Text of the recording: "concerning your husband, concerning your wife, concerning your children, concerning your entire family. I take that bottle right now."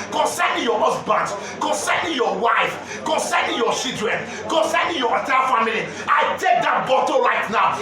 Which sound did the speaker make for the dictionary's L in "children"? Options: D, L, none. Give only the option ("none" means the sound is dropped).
none